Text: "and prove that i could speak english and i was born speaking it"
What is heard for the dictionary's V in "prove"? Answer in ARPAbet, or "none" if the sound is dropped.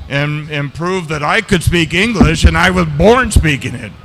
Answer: V